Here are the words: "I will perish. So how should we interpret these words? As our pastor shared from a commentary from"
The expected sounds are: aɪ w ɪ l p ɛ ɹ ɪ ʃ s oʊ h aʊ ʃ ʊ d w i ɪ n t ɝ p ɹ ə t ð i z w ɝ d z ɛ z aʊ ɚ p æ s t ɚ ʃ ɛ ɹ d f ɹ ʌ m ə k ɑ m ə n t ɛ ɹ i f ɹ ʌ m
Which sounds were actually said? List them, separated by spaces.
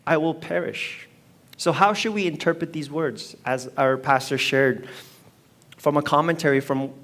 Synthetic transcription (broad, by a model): aɪ w ɪ l p ɛ ɹ ɪ ʃ s oʊ h aʊ ʃ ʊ d w i ɪ n t ɝ p ɹ ə t ð i z w ɝ d z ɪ z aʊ ɚ p æ s t ɚ ʃ ɛ ɹ d f ɹ ʌ m ə k ɑ m ə n t ɛ ɹ i f ɹ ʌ m